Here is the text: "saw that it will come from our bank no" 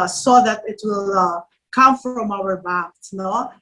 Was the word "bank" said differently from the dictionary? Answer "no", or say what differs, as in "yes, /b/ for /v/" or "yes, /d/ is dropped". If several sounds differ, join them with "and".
yes, /ŋ/ is dropped